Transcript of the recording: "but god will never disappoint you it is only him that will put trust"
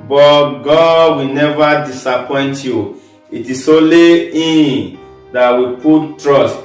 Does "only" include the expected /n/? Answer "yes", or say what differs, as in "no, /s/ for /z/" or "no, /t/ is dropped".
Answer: no, /n/ is dropped